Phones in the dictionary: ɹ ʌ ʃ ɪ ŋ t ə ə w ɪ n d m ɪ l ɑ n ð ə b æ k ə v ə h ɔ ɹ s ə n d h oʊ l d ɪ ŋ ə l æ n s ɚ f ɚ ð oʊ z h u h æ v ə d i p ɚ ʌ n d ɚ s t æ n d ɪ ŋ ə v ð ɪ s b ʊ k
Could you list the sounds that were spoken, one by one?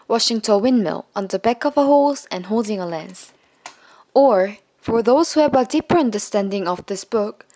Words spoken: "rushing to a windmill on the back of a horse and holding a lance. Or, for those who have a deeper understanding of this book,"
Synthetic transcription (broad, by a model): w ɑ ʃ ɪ ŋ t ə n w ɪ n m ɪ l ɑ n ð ə b æ k ə v ə h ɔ l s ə n h oʊ l d ɪ ŋ ə l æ n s ɚ f ɚ ð oʊ z h u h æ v ə d i p ɚ ʌ n d ɚ s t æ n d ɪ ŋ ə v ð ɪ s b ʊ k